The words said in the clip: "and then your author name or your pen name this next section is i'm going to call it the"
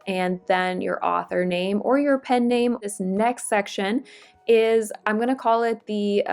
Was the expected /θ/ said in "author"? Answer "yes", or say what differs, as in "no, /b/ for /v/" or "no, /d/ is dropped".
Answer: yes